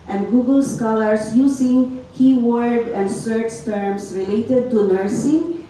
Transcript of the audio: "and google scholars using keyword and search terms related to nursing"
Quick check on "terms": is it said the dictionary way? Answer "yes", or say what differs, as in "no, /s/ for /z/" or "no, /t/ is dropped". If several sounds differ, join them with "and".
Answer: no, /s/ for /z/